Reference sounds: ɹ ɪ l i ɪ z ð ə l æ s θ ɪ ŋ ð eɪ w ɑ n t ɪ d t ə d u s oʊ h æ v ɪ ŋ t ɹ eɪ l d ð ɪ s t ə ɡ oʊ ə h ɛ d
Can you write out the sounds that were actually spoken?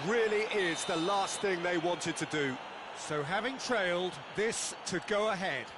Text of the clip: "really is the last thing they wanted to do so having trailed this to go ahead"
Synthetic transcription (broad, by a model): ɹ ɪ l i ɪ z ð ə l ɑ s θ ɪ ŋ ð eɪ w ɑ n t ɪ d t ə d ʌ s oʊ h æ v ɪ ŋ t ɹ eɪ l d ð ɪ s t ə ɡ oʊ ə h ɛ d